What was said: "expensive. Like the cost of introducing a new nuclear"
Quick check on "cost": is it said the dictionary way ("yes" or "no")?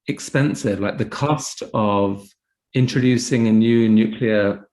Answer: yes